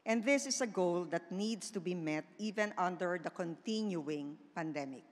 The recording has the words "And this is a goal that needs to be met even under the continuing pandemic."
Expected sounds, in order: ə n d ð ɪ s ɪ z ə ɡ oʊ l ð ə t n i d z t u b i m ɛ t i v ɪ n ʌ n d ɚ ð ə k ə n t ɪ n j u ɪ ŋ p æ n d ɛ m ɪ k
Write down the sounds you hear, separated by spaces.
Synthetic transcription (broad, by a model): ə n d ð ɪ s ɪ s ə ɡ oʊ l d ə t n i d s t u b i m ɛ t i v ɪ n ʌ n d ɚ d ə k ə n t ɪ n j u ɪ ŋ p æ n d ɛ m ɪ k